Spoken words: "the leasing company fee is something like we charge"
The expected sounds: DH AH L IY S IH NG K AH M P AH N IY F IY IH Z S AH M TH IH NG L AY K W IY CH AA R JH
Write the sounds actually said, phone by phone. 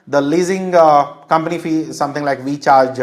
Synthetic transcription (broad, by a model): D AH L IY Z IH NG K AH M P AH N IY F IY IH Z S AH M T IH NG L AY K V IY CH AA R JH